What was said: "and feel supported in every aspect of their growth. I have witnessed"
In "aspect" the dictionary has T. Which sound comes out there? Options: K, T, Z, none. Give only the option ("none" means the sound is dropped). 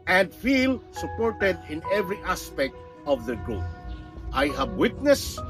T